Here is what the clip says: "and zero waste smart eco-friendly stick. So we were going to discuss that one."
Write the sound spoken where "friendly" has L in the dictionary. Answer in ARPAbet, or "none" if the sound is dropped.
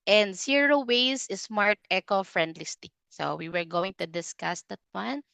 L